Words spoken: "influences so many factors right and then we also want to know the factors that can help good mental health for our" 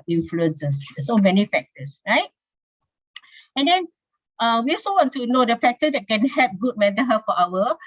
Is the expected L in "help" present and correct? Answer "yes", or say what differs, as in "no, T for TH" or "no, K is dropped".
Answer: no, L is dropped